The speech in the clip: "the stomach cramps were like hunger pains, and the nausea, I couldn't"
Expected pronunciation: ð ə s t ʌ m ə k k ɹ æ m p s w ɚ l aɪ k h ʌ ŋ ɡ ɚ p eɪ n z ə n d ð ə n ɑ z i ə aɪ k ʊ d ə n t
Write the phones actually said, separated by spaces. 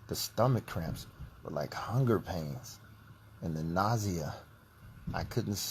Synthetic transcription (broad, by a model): ð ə s t ʌ m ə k k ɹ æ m p s w ɚ l aɪ k h ʌ ŋ ɡ ɚ p eɪ n z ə n ð ə n ɑ z i ə aɪ k ʊ d n t